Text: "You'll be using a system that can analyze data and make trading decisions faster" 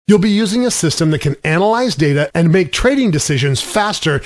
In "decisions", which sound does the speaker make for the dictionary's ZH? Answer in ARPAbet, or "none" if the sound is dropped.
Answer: ZH